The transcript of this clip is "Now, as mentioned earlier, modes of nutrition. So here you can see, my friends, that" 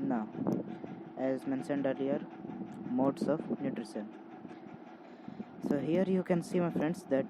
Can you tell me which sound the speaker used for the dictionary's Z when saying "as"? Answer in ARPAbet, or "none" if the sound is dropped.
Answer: Z